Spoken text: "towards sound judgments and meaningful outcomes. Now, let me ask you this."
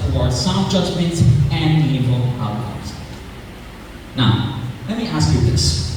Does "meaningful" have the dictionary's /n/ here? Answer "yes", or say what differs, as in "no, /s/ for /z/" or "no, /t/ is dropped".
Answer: no, /n/ is dropped